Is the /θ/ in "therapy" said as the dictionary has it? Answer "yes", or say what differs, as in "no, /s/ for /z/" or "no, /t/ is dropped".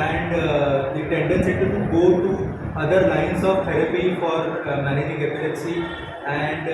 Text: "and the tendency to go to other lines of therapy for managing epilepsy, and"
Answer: no, /t/ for /θ/